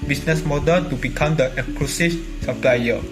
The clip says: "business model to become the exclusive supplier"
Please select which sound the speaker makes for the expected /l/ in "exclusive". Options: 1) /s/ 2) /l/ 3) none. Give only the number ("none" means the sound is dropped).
3